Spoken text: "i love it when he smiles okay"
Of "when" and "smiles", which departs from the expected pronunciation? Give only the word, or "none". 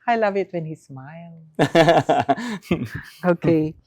smiles